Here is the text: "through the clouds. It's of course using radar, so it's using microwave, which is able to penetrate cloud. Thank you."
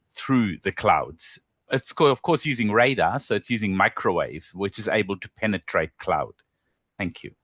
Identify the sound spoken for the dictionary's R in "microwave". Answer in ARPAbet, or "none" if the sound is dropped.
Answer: R